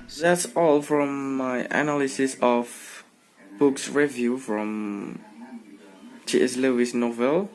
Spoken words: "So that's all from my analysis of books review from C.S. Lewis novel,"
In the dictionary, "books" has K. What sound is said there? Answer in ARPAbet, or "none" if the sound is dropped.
K